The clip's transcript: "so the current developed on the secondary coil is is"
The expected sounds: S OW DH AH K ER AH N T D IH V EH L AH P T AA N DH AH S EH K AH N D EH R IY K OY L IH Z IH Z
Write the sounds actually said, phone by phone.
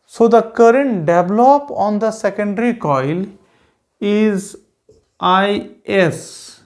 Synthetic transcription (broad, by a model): S OW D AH K ER AH N T D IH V L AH P AA N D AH S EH K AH N D R IY K OY L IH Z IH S